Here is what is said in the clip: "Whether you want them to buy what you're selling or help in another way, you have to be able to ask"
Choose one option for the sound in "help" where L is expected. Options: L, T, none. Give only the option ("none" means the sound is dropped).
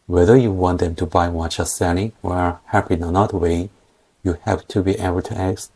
none